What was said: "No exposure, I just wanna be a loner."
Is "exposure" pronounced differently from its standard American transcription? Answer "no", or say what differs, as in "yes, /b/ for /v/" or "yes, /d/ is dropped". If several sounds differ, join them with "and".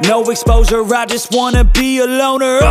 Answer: yes, /z/ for /ʒ/